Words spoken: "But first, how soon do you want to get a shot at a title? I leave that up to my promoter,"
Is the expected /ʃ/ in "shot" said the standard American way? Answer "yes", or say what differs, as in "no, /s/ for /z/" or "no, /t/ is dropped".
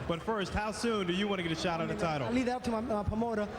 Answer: yes